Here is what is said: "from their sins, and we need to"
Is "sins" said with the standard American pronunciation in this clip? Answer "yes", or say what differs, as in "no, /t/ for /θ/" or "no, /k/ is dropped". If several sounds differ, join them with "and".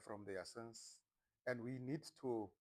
no, /s/ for /z/